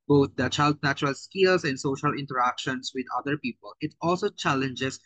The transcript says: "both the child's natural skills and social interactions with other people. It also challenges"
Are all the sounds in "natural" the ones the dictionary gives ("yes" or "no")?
yes